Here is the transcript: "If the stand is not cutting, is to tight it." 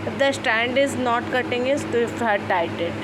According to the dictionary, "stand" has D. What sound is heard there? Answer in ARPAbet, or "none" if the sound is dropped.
D